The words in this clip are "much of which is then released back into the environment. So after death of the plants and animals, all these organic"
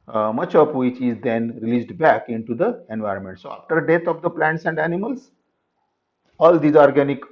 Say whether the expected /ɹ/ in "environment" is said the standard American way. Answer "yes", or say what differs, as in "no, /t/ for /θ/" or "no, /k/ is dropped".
yes